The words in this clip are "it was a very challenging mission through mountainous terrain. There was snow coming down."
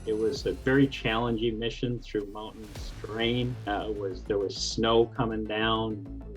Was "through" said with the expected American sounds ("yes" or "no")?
yes